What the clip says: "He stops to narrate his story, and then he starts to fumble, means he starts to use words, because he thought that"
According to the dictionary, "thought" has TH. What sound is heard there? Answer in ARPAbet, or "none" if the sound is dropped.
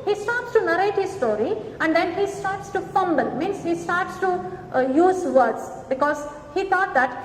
T